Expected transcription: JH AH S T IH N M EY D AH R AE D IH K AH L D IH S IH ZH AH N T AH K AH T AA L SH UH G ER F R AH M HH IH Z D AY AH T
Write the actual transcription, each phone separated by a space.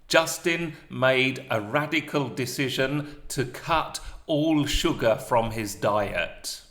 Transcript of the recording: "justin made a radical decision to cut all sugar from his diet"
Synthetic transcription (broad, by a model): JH AH S T IH N M EY D AH R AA D IH K AH L D IH S IH ZH AH N T AH K AH T AA L SH UH G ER F R AH M IH Z D AY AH T